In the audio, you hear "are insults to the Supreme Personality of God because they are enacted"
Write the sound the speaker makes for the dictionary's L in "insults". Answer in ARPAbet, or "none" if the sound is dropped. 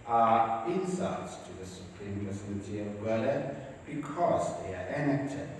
none